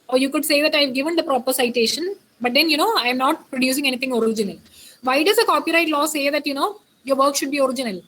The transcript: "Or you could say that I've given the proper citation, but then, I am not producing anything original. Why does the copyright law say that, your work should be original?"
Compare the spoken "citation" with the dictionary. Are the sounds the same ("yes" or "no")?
yes